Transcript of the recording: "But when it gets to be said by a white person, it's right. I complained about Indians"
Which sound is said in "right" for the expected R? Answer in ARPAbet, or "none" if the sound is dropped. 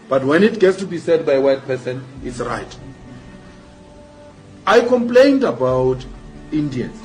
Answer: R